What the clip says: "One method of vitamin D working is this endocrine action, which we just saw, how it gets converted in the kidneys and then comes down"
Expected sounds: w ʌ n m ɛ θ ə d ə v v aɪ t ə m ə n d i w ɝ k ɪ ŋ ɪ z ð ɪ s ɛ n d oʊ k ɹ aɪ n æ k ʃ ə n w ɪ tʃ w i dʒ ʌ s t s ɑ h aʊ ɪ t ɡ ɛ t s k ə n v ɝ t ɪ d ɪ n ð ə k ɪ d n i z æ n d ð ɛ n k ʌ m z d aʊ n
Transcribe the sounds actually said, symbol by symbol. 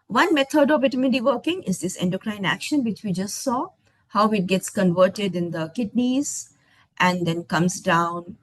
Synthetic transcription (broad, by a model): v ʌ n m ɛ t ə d ə v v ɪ t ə m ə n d i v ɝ k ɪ ŋ ɪ z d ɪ s ɛ n d oʊ k ɹ aɪ n æ k ʃ ə n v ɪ tʃ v i dʒ ʌ s t s ɑ h aʊ ɪ t ɡ ɛ t s k ə n v ɝ t ɪ d ɪ n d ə k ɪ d n i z æ n d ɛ n k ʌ m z d aʊ n